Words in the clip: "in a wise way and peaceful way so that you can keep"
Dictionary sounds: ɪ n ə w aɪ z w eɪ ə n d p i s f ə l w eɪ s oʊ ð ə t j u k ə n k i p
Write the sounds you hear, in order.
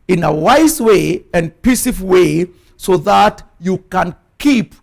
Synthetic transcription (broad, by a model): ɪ n ə w aɪ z w eɪ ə n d p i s ə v w eɪ s oʊ ð ə t j u k ə n k i p